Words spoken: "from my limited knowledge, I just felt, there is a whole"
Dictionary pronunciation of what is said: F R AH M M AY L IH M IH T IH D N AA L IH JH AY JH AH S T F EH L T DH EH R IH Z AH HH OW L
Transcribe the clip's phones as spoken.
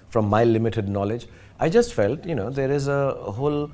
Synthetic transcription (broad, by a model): F R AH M M AY L IH M IH T IH D N AA L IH JH AY JH AH S T F EH L T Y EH R IH Z AH HH OW L